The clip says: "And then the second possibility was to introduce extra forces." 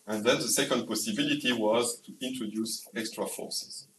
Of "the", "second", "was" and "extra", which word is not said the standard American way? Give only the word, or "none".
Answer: none